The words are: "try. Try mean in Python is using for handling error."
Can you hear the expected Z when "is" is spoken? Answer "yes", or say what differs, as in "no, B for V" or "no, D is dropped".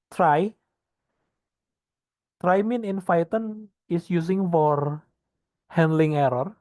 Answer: no, S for Z